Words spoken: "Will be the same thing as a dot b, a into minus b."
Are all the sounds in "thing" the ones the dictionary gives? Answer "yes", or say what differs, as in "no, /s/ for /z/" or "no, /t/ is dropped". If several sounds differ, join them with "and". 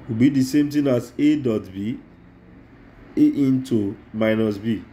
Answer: no, /t/ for /θ/